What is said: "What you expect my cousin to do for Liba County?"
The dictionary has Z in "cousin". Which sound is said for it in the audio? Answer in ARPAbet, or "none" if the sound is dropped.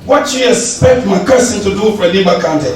S